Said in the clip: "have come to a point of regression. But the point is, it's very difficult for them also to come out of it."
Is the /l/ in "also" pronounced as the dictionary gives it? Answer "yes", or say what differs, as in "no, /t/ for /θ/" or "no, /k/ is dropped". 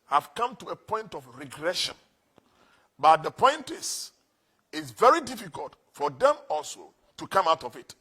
yes